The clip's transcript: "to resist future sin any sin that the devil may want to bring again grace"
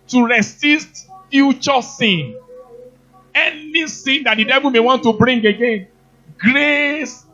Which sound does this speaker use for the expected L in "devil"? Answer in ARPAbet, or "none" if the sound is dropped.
L